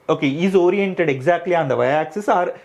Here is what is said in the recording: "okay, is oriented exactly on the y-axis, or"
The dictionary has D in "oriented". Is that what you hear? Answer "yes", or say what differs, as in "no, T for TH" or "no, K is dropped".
yes